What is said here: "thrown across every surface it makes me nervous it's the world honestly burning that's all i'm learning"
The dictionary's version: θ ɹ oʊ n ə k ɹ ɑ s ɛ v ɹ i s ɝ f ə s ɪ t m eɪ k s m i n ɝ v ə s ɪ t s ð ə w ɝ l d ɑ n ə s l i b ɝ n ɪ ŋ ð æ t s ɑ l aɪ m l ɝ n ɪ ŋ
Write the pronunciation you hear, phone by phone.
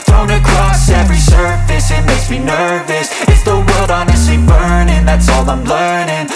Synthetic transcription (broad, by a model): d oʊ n ə k ɹ ɑ s ɛ v ɹ i s ɝ f ə s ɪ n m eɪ s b i n ɝ v ə s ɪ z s ð ə w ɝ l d ɑ n ə s l i b ɝ n ɪ ŋ ð æ t s ɑ l aɪ m l ɝ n ɪ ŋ